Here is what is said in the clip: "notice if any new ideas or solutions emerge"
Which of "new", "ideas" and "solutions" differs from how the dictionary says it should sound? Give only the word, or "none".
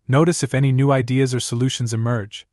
none